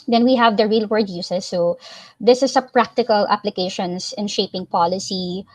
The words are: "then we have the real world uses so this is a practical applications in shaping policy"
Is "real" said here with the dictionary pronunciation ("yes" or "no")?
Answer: yes